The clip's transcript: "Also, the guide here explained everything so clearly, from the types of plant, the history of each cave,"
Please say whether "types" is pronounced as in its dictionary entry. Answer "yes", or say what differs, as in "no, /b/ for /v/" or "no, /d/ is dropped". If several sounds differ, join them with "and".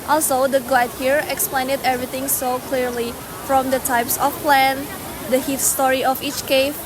yes